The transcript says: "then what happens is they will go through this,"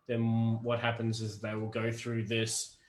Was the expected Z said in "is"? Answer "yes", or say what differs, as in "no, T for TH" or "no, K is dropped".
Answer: yes